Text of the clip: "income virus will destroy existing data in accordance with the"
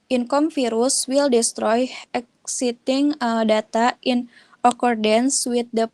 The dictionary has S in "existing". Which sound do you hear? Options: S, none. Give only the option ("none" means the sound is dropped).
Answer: none